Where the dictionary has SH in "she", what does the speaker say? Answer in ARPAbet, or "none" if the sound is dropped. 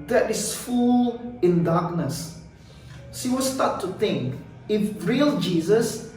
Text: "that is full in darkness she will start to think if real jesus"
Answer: S